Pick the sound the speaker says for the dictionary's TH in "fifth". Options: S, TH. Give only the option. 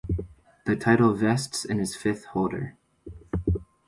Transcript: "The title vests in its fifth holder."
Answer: TH